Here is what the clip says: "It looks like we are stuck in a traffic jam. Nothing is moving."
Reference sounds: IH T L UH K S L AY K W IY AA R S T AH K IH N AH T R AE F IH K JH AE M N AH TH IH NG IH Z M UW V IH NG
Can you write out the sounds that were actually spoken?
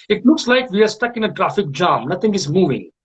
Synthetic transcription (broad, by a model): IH T L UH K S L AY K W IY AA R S T AH K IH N AH T R AE F IH K JH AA M N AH T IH NG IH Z M UW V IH NG